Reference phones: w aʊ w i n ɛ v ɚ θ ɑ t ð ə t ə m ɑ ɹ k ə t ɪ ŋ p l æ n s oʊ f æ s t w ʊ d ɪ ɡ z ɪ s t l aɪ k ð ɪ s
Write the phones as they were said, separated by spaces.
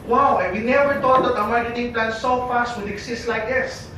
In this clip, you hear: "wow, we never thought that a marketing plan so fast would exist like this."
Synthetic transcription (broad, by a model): w aʊ w i n ɛ v ɚ t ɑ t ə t ə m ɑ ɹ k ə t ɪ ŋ p l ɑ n s oʊ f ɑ s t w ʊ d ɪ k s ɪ s t l aɪ k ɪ s